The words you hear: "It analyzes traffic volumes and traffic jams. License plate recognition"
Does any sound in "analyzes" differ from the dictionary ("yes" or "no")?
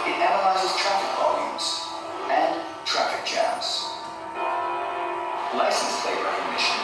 no